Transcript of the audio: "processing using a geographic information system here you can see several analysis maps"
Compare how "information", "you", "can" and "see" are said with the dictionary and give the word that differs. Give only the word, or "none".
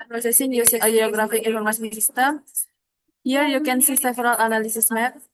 information